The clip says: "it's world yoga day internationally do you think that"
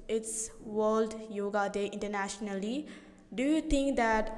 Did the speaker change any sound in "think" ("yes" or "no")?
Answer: yes